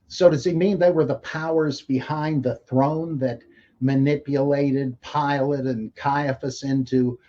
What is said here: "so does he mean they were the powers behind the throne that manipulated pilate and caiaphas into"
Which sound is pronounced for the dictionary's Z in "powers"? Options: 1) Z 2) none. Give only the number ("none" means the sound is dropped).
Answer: 1